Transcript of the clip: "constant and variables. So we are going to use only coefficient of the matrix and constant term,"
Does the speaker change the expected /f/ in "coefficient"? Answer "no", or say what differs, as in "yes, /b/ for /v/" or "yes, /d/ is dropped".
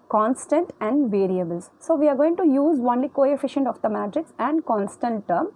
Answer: no